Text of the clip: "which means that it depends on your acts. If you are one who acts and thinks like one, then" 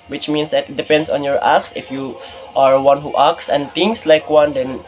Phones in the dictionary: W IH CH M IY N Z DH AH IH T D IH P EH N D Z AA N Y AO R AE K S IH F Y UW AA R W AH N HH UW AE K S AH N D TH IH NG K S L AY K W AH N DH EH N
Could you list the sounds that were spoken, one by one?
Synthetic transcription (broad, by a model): W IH CH M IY N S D IH T D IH P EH N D S AA N Y AO R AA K S IH F Y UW AA R W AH N HH UW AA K S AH N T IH NG S L AY K W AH N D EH N